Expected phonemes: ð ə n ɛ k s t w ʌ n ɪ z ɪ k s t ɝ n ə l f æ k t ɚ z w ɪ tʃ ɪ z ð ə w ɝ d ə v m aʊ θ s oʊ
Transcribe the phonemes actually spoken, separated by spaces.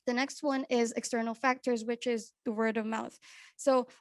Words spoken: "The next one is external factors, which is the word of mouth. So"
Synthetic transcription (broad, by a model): ð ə n ɛ k s t w ʌ n ɪ z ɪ k s t ɝ n l f æ k t ɚ z w ɪ tʃ ɪ z ð ə w ɝ d ə v m aʊ θ s oʊ